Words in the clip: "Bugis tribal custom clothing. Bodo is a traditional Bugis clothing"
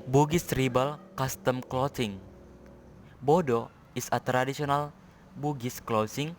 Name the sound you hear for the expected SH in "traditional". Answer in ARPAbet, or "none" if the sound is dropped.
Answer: S